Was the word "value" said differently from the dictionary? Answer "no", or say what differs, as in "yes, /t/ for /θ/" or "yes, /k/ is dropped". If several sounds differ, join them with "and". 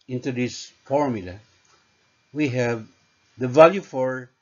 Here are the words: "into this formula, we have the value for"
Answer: no